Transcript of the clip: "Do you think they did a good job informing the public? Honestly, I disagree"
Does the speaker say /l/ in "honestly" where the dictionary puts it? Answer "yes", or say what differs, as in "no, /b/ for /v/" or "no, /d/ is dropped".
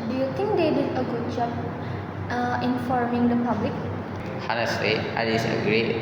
no, /l/ is dropped